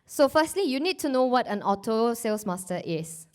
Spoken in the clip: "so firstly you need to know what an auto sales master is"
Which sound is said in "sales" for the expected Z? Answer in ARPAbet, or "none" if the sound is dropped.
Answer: S